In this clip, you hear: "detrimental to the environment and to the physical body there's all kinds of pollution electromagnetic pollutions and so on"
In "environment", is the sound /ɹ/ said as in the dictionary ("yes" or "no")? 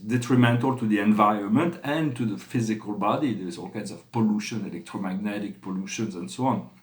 yes